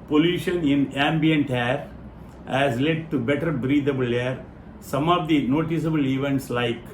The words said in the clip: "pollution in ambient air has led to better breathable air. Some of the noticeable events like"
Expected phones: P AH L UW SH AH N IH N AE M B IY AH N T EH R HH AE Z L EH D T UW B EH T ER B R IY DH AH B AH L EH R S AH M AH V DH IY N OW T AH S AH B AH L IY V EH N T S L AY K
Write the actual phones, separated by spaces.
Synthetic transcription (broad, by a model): P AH L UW SH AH N IH N AE M B IY AH N T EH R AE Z L EH D T UW B EH T ER B R IY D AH B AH L EH R S AH M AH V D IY N OW T AH S AH B AH L IY V EH N T S L AY K